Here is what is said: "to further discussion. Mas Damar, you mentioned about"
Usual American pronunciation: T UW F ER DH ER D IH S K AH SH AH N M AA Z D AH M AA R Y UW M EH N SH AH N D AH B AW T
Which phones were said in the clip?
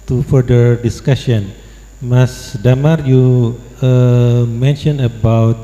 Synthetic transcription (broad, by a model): T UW F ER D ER D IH S K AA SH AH N M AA S D AH M AA R Y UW M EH N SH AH N AH B AW T